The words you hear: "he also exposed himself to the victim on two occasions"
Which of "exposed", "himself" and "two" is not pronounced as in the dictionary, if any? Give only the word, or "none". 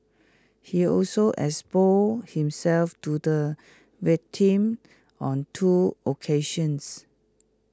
exposed